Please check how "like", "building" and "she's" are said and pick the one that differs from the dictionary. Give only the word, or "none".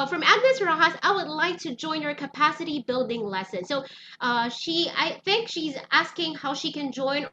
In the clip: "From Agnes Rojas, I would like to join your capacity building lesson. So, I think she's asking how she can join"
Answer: none